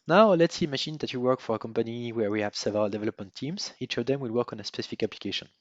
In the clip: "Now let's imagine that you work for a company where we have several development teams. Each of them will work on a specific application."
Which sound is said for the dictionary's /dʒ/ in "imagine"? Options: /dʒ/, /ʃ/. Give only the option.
/ʃ/